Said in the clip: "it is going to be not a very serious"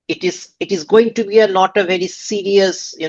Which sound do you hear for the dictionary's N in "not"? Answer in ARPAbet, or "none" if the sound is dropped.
L